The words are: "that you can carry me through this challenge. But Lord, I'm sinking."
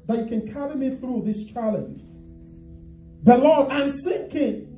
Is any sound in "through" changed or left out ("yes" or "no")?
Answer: no